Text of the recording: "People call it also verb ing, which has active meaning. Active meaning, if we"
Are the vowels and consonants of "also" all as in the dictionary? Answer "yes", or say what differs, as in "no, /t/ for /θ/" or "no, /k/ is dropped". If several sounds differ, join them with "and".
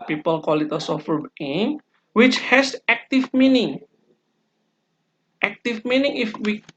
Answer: no, /l/ is dropped